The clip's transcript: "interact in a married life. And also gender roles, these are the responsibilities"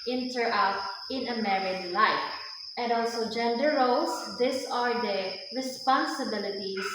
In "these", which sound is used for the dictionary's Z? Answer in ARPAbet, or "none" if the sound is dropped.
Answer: S